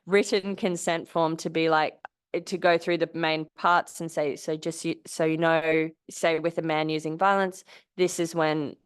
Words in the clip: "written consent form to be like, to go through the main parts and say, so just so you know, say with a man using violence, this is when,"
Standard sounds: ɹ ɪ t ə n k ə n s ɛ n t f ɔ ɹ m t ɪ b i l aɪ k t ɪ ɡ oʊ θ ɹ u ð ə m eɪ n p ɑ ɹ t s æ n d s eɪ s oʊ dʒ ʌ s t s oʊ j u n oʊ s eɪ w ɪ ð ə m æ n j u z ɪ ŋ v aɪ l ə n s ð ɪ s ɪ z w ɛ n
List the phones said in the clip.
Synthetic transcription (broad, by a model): ɹ ɪ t n k ə n s ɛ n t f ɔ ɹ m t ɪ b i l aɪ k t ɪ ɡ oʊ θ ɹ u ð ə m eɪ n p ɑ ɹ t s n s eɪ s oʊ dʒ ʌ s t s oʊ j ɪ n oʊ s eɪ w ɪ ð ə m æ n j u z ɪ ŋ v aɪ l ə n s ð ɪ s ɪ z w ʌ n